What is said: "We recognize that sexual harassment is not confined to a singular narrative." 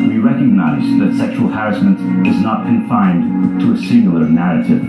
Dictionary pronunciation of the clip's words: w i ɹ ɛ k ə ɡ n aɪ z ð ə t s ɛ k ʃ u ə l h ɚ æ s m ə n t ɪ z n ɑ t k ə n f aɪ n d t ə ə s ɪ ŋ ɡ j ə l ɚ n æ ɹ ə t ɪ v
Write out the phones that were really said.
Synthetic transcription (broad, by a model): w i ɹ ɛ k ə ɡ n aɪ z ð ə t s ɛ k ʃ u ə l h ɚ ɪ s m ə n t ɪ z n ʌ t k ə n f aɪ n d t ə ə s ɪ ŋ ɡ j l ɚ n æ ɹ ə t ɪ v